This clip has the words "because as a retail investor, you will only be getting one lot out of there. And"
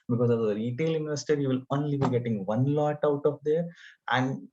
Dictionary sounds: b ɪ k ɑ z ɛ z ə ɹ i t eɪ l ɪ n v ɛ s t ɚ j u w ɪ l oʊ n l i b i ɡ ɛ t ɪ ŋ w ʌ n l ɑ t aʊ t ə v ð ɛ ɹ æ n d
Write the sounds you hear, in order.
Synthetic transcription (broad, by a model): b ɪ k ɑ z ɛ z ə ɹ i t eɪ l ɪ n ɛ s t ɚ j u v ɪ l oʊ n l i b i ɡ ɛ t ɪ ŋ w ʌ n l ɑ t aʊ t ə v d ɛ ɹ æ n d